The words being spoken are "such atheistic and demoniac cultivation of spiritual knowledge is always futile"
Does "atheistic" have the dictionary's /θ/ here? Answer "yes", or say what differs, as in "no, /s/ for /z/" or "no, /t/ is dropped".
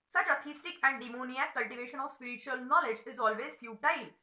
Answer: no, /t/ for /θ/